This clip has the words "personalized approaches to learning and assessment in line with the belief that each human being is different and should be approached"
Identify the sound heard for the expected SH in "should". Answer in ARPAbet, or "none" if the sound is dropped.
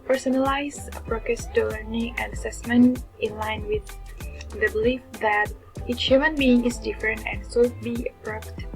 S